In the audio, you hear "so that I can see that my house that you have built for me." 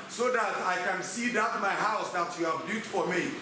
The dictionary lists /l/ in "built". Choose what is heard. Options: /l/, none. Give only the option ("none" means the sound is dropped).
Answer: none